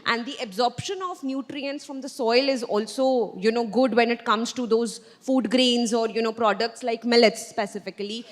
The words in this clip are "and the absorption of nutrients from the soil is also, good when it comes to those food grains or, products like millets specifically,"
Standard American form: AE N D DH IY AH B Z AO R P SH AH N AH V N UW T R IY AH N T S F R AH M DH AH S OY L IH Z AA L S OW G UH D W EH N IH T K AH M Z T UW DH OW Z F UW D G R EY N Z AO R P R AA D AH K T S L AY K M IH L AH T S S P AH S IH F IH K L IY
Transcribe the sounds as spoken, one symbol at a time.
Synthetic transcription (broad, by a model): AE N D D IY AH B Z AO R P SH AH N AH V N UW T R IY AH N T S F R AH M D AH S OY L IH Z AA L S OW G UH D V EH N IH T K AH M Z T UW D OW Z F UW D G R EY N Z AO R P R AA D AH K T S L AY K M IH L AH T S S P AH S IH F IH K L IY